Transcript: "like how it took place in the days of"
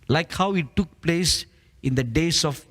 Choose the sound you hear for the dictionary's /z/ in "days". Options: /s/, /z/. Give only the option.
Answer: /s/